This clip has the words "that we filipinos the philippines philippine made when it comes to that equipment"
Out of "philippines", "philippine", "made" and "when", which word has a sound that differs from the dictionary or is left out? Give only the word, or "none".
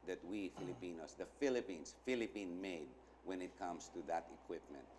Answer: philippines